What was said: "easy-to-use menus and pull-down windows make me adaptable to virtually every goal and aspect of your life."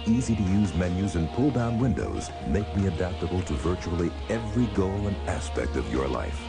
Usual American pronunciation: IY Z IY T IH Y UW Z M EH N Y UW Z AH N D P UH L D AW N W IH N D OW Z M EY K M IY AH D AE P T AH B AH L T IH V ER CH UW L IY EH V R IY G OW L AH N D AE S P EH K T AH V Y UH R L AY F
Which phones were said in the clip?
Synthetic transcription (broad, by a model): IY Z IY T IH Y UW Z M EH N Y UW Z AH N P UH L D AW N W IH N D OW Z M EY K M IY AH D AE P T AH B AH L T IH V ER CH UW L IY EH V R IY G OW L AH N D AE S P EH K T AH V Y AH R L AY F